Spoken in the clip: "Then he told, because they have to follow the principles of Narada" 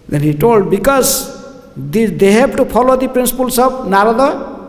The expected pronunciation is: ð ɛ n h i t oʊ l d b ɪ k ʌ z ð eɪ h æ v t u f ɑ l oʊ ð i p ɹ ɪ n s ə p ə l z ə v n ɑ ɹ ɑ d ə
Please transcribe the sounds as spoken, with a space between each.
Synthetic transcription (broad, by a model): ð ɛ n h i t oʊ l d b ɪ k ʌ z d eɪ h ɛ b t u p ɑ l oʊ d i p ɹ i n s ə p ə l s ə b n ɑ ɹ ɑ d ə